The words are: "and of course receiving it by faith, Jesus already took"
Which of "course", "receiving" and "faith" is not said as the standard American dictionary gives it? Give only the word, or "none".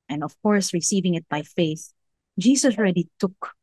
none